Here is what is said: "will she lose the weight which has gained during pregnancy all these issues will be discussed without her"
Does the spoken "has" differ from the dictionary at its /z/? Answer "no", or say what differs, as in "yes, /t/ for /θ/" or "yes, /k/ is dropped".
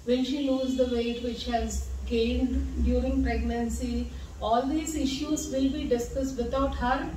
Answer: no